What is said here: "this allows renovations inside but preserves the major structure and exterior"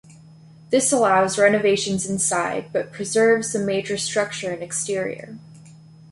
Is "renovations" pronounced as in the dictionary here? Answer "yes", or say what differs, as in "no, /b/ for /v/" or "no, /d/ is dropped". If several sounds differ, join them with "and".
yes